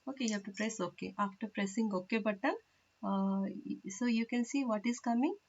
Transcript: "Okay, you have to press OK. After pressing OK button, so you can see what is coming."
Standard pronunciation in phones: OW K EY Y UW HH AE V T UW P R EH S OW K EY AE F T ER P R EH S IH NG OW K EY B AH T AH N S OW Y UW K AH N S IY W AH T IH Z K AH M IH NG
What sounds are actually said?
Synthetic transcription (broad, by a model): OW K EY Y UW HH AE F T UW P R EH S OW K EY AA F T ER P R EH S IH NG OW K EY B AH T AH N S OW Y UW K AH N S IY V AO T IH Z K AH M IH NG